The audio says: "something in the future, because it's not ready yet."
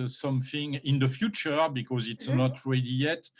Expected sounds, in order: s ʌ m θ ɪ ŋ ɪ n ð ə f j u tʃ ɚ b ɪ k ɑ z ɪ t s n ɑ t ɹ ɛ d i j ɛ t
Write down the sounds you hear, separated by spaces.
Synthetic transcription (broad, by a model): s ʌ m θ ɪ ŋ ɪ n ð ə f j u tʃ ɚ b ɪ k ɑ z ɪ t s n ɑ t ɹ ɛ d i j ɛ t